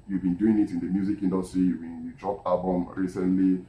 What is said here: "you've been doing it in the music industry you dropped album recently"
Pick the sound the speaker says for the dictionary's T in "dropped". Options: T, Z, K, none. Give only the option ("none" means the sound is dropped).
none